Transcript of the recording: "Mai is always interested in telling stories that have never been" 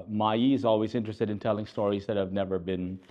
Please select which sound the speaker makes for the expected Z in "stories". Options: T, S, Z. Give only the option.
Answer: Z